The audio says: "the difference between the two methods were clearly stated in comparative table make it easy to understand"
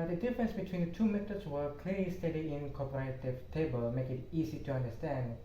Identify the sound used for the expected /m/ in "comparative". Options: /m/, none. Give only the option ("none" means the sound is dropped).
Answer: none